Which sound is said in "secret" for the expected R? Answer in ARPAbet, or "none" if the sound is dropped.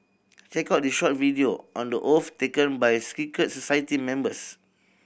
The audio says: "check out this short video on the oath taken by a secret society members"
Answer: none